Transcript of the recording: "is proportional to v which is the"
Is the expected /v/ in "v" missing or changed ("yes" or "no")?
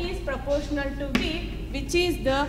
yes